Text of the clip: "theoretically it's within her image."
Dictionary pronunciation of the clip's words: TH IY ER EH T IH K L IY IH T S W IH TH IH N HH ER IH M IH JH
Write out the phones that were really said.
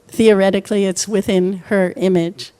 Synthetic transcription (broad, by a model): TH IY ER EH T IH K L IY IH T S W IH TH IH N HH ER IH M IH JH